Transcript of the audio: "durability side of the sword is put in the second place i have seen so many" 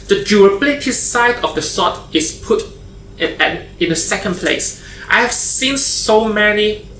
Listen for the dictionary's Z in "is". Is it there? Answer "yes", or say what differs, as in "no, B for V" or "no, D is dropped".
no, S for Z